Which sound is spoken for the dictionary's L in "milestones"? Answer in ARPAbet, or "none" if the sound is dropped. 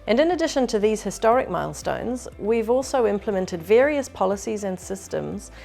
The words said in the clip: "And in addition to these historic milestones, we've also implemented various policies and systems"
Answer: L